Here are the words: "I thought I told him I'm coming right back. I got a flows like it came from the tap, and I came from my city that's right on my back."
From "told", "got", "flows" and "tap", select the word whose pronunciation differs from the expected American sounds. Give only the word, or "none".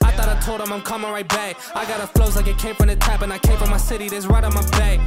none